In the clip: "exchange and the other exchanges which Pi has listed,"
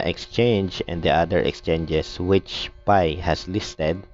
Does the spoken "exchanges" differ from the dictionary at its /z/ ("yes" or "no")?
yes